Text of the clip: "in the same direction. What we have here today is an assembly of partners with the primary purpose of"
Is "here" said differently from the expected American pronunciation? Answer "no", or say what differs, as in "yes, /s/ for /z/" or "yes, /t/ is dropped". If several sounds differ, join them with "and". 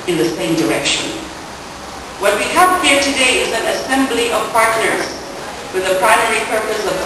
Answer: no